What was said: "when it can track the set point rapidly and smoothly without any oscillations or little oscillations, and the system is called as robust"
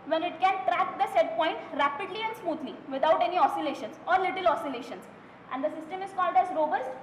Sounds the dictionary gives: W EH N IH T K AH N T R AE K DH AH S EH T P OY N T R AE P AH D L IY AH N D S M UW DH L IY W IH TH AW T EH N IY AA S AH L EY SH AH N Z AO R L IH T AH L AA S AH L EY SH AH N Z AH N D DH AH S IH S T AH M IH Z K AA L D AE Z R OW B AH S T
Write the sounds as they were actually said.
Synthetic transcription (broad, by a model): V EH N IH T K AH N T R AE K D AH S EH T P OY N T R AE P AH D L IY AH N D S M UW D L IY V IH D AW T EH N IY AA S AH L EY SH AH N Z AO R L IH T AH L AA S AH L EY SH AH N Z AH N D AH S IH S T AH M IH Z K AA L D AE Z R OW B AH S T